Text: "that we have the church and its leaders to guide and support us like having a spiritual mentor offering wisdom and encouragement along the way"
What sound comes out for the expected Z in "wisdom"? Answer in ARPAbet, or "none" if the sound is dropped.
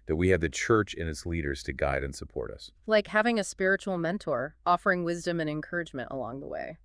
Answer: Z